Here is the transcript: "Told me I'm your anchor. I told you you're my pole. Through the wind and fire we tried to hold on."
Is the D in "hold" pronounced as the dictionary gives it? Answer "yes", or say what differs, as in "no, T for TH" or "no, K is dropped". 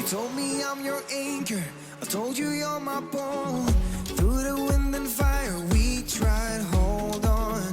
yes